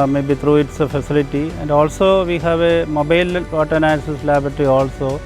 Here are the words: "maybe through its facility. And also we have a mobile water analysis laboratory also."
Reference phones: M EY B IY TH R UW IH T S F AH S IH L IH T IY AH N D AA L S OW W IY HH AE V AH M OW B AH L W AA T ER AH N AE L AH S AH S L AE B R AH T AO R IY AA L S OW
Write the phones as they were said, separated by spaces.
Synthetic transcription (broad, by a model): M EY B IY T R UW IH T S F AH S IH L IH T IY AH N D AA L S OW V IY HH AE V AH M OW B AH L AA T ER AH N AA AH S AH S L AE B R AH T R IY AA L S OW